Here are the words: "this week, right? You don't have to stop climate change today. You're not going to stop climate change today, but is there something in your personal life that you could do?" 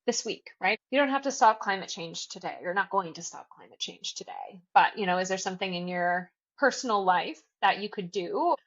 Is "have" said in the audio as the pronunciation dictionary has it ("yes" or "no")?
no